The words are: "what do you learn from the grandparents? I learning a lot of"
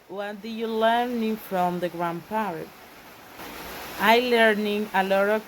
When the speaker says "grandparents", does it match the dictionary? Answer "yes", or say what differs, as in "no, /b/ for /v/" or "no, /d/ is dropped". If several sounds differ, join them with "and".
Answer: no, /n/ is dropped and /s/ is dropped